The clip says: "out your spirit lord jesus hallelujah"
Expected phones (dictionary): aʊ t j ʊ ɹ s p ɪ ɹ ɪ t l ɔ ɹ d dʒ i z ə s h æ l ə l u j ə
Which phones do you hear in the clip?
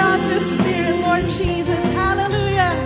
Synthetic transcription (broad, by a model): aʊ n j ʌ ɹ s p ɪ ɹ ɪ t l ɔ ɹ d dʒ i z ə s h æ l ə l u j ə